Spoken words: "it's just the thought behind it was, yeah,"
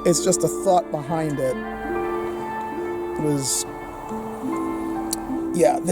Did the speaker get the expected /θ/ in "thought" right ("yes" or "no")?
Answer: yes